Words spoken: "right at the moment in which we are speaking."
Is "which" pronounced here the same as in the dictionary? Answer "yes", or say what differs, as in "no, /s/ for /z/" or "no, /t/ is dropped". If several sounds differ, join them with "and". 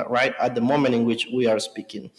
yes